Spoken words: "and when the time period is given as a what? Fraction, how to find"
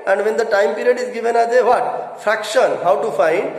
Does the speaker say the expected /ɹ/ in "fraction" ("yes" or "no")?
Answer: yes